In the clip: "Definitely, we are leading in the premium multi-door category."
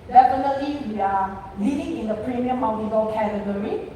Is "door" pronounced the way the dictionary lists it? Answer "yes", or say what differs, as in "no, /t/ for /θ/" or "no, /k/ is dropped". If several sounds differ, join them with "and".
no, /l/ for /ɹ/